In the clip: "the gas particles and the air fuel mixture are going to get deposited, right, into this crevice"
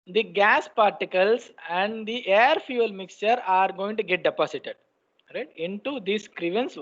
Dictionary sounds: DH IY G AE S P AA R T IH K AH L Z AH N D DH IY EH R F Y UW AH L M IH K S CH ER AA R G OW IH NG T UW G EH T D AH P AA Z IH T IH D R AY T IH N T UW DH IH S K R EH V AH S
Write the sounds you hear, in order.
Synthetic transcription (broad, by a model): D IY G AE S P AA R T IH K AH L S AH N D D IY EH R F Y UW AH L M IH K S CH ER AA R G OW IH NG T UW G EH T D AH P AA S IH T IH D R AY T IH N T UW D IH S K R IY V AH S